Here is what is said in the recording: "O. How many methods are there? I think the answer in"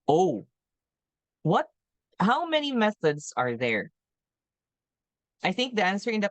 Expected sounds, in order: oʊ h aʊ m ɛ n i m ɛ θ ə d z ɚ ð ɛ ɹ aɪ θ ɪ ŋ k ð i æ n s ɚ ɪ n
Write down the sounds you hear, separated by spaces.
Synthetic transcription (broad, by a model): oʊ h aʊ m ɛ n i m ɛ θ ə d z ɚ ð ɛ ɹ aɪ θ ɪ ŋ k ð i æ n s ɚ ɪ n